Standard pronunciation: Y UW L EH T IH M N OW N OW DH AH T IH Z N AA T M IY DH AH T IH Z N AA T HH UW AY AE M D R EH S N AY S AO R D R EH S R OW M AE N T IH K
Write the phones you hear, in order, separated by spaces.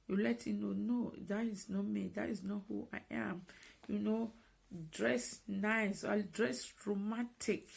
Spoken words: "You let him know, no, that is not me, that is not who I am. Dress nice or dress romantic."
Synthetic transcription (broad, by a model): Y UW L EH T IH N OW N OW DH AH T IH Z N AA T M IY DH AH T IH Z N AA T HH UW AY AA M D R EH S N AY S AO L D R EH S R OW M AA N T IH K